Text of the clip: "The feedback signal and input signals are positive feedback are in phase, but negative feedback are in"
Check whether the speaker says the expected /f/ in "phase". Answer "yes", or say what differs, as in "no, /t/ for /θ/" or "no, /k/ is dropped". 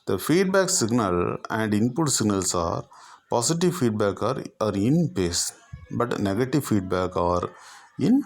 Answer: no, /p/ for /f/